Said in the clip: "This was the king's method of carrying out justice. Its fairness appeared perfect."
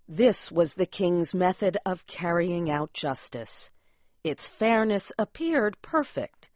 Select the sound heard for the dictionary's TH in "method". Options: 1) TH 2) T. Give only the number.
1